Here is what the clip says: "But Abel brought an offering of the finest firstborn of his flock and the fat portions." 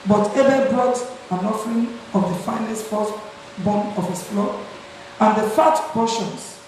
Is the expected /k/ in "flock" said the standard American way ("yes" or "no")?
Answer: no